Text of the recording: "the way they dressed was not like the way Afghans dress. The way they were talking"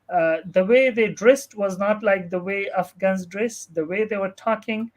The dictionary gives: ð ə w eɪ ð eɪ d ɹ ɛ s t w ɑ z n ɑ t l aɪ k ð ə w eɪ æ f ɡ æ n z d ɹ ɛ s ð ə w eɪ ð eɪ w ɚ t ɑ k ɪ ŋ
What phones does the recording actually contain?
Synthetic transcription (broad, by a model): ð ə w eɪ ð eɪ d ɹ ɛ s t w ɑ z n ɑ t l aɪ k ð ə w eɪ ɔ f ɡ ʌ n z d ɹ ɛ s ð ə w eɪ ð eɪ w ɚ t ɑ k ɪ ŋ